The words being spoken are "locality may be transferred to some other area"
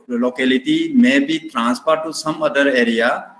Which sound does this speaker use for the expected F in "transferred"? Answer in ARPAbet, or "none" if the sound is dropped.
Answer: P